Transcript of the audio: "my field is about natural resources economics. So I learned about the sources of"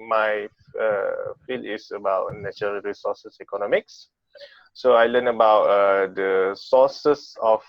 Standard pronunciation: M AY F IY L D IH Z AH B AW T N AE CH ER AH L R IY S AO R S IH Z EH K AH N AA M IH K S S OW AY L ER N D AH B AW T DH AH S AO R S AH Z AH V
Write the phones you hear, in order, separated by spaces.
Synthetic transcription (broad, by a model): M AY F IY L IH S AH B AW T N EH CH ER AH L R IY S AO S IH S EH K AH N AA M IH K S S OW AY L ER N AH B AW T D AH S AO S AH S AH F